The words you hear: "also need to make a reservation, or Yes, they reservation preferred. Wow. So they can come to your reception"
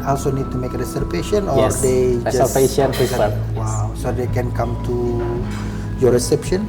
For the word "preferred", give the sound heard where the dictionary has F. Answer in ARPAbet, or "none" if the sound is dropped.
none